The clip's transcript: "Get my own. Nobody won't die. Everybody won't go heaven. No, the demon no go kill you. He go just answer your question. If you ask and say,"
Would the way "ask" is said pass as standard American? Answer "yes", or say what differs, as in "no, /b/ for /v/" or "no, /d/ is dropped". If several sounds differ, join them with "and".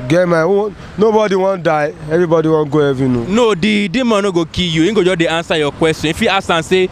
no, /k/ is dropped